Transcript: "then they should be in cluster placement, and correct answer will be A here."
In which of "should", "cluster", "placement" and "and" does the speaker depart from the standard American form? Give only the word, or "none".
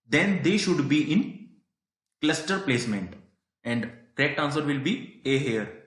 none